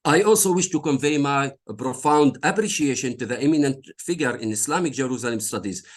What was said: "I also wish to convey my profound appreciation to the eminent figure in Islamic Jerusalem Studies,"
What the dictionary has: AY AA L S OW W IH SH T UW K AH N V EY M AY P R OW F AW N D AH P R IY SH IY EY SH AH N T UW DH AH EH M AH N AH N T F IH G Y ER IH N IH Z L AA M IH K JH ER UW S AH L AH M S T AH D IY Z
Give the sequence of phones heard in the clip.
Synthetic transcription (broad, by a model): AY AA L S OW W IH SH T UW K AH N V EY M AY P R OW F AW N D AH P R IY SH IY EY SH AH N T UW DH AH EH M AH N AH N T F IH G Y ER IH N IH S L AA M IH K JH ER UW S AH L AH M S T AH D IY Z